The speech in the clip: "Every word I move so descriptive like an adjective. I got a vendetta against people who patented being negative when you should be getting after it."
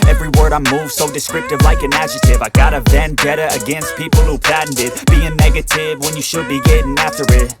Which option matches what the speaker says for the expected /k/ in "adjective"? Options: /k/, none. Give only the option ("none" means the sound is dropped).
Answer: none